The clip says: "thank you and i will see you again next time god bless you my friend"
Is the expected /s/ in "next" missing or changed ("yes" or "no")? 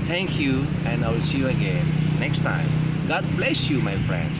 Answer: no